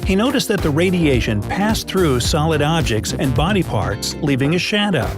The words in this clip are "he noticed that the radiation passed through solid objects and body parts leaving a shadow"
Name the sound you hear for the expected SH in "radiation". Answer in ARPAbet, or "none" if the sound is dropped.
SH